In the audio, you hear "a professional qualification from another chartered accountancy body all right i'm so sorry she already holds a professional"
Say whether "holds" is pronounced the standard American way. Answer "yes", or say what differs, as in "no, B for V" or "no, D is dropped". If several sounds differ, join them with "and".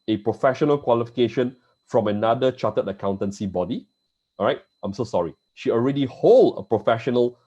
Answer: no, Z is dropped